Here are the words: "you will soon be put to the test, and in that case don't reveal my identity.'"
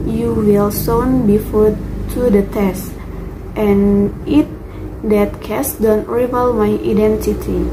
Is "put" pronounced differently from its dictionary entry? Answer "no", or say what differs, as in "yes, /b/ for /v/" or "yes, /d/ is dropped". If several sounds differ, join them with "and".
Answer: yes, /f/ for /p/